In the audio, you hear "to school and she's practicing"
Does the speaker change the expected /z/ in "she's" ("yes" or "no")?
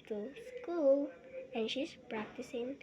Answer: yes